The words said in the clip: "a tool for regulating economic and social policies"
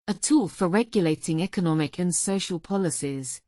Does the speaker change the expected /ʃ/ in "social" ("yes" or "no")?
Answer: no